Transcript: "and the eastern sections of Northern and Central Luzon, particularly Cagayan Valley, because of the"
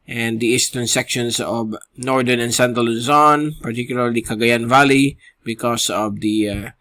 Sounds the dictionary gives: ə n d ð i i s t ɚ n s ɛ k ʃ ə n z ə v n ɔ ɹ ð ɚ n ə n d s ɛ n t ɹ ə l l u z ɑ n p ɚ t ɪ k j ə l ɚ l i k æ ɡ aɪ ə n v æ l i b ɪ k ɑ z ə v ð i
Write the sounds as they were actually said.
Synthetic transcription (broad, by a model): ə n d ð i i s t ɚ n s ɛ k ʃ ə n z ə v n ɔ ɹ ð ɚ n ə n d s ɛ n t ə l l u z ɑ n p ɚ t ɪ k j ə l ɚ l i k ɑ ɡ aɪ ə n v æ l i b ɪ k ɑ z ə v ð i